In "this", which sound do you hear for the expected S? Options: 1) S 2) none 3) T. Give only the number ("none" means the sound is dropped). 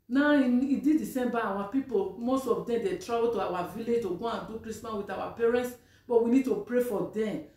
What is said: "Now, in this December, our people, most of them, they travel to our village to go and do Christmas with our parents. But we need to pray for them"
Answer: 2